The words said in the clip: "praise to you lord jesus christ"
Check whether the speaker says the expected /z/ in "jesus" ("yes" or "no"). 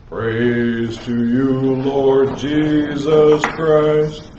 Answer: yes